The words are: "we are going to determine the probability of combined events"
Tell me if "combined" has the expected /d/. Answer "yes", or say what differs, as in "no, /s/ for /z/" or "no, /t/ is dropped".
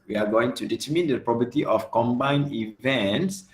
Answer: no, /d/ is dropped